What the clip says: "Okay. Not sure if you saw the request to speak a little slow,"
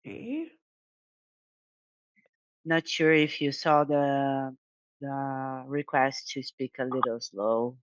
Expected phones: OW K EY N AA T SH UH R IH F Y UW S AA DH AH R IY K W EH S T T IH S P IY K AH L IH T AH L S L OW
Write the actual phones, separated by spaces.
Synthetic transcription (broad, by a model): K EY N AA T SH UH R IH F Y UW S AA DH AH R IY K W EH S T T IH S P IY K AH L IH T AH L S L OW